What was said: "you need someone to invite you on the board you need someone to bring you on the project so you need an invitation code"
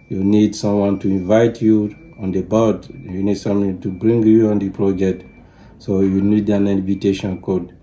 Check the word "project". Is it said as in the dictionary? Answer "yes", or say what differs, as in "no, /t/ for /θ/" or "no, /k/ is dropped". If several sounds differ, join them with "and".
no, /k/ is dropped